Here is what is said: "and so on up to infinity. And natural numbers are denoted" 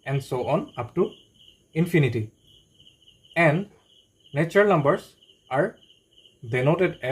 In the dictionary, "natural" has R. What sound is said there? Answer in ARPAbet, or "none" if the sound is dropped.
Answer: none